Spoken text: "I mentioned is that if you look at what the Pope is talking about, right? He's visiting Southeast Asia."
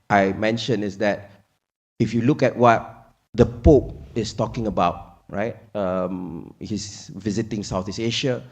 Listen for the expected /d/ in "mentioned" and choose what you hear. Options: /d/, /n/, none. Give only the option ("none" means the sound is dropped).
none